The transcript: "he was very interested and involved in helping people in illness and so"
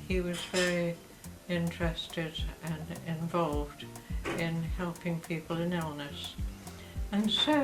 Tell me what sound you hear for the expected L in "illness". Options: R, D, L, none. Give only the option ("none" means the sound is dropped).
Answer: L